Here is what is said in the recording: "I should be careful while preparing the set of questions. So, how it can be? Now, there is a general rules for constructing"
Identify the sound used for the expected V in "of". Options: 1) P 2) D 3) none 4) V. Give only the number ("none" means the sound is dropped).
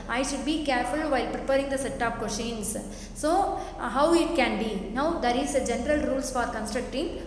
1